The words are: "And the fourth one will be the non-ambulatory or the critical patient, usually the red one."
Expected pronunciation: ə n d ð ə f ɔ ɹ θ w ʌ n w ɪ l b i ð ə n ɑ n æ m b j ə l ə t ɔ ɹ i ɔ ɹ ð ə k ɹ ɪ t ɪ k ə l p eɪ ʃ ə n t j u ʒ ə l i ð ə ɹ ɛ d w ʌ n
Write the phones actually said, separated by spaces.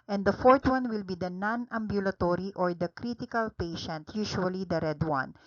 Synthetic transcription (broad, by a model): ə n d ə f ɔ ɹ t w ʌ n w ɪ l b i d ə n ɑ n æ m b j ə l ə t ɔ ɹ i ɔ ɹ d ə k ɹ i t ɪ k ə l p eɪ ʃ ə n t j u ʃ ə l i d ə ɹ ɛ d w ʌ n